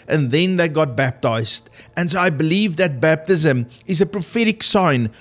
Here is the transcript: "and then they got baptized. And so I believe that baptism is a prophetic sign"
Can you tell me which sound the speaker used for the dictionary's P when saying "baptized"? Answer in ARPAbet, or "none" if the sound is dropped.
P